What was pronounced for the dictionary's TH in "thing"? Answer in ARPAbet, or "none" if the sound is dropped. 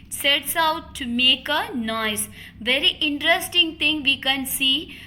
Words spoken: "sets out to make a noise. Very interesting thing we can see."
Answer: T